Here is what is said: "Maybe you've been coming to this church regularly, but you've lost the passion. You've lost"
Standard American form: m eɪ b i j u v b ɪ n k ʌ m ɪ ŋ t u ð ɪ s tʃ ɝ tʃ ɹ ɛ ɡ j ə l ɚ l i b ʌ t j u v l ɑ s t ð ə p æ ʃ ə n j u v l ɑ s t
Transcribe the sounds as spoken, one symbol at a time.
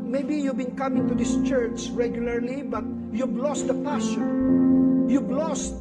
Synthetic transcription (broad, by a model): m eɪ b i j u v b ɪ n k ʌ m ɪ ŋ t u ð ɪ s tʃ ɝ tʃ ɹ ɛ ɡ j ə l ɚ l i b ʌ t j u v l ɑ s t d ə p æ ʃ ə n j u b l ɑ s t